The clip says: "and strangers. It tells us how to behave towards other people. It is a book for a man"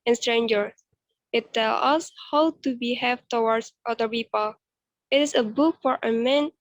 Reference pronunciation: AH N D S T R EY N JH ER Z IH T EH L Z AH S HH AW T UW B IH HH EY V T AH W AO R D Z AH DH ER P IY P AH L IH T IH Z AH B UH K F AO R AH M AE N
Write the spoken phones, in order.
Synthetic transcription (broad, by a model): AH N S T R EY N JH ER IH T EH L AH S HH AW T UW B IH HH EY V T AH W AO R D S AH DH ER P IY P AH L IH T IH S AH B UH K F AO R AH M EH N